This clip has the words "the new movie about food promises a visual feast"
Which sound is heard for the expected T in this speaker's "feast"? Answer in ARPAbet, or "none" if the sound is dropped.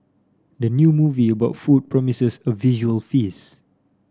none